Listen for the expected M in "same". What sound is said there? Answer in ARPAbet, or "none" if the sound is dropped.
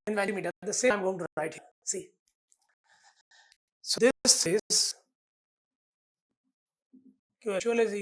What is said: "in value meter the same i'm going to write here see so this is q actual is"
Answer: none